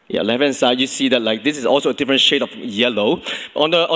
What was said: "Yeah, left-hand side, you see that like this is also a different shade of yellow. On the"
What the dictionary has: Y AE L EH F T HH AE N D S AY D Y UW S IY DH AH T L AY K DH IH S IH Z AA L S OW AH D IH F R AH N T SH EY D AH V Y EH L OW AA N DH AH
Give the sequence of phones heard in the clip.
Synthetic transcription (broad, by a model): Y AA L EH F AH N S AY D Y UW S IY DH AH T L AY K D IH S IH S AA L S OW AH D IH F R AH N SH EY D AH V Y EH L OW AA N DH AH